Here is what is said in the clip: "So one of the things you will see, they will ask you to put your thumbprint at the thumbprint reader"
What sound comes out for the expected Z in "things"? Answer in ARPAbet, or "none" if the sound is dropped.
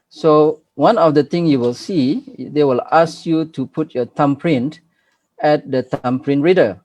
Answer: none